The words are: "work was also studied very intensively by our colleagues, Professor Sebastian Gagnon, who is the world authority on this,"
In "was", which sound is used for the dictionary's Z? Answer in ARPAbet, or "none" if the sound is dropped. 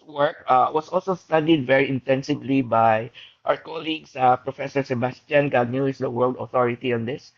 S